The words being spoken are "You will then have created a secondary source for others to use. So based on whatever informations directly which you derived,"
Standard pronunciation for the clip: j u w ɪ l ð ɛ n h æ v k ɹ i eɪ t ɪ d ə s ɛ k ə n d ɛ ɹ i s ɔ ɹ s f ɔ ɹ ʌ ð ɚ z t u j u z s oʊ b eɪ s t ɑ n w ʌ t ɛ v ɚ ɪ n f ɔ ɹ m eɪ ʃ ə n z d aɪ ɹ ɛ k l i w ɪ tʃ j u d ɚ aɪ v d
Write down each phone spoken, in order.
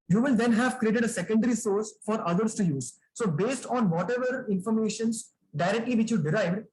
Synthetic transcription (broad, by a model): j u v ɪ l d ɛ n h æ v k ɹ i eɪ t ɪ d ə s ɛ k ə n d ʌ ɹ i s ɔ ɹ s f ɔ ɹ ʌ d ɚ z t u j u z s oʊ b eɪ s t ɑ n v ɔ t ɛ v ɚ ɪ n f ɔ ɹ m eɪ ʃ ə n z d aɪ ɹ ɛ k l i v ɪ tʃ j u d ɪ aɪ v d